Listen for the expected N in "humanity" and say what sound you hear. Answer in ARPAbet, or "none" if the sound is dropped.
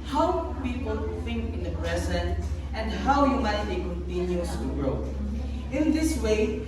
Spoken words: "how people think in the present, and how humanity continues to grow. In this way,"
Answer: none